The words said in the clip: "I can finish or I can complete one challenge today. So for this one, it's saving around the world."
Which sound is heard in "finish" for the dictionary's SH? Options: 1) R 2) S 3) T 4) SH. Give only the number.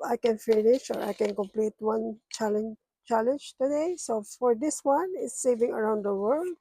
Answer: 4